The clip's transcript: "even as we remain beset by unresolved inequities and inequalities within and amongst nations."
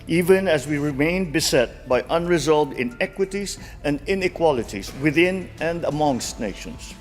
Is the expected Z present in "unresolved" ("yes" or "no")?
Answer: yes